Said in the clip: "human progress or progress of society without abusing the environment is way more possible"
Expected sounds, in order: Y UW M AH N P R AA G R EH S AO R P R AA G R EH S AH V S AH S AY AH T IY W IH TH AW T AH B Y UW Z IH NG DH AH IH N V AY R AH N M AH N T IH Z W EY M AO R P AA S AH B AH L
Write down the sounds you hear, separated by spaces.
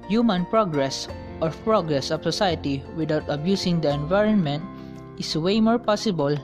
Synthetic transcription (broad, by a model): Y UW M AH N P R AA G R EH S AO R P R AA G R EH S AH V S AH S AY AH T IY W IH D AW T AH B Y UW S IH NG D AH IH N V AY R AH N M AH N T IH S W EY M AO R P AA S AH B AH L